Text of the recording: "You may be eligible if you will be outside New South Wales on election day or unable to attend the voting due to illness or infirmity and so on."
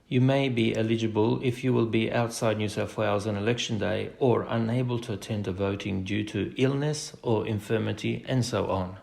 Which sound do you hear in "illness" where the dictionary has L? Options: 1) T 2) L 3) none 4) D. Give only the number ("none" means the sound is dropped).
2